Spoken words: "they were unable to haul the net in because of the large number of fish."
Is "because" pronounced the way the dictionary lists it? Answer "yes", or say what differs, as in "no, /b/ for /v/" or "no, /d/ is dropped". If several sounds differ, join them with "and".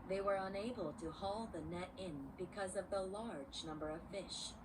yes